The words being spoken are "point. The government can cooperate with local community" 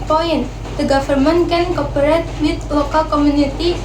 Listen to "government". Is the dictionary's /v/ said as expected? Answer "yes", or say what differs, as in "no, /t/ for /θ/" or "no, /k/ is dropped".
no, /f/ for /v/